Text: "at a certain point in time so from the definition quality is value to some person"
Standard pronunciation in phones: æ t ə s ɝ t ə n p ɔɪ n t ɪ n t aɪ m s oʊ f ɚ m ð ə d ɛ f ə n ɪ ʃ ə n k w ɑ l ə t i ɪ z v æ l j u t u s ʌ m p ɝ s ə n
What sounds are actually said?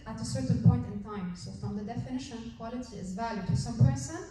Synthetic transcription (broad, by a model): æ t ə s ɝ t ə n p ɔɪ n t ɪ n t aɪ m s oʊ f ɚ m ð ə d ɛ f ə n ɪ ʃ ə n k w ɑ l ə t i ɪ z v æ l j u t u s ʌ m p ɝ s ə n